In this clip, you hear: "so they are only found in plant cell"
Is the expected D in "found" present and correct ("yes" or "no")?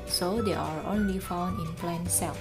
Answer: no